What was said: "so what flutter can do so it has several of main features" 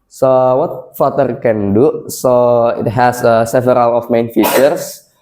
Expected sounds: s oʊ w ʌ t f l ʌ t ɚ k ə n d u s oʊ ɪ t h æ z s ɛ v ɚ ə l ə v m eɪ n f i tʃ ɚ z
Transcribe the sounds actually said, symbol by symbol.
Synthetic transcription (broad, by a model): s oʊ w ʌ t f ʌ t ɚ k ə n d u s oʊ ɪ t h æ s s ɛ v ɚ ə l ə f m eɪ n f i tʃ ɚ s